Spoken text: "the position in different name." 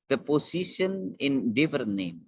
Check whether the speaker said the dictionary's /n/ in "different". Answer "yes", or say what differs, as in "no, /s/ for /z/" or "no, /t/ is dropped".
no, /n/ is dropped